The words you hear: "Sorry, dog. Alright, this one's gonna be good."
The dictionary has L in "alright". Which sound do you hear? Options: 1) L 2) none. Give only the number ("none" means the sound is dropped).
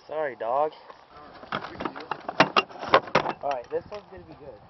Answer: 2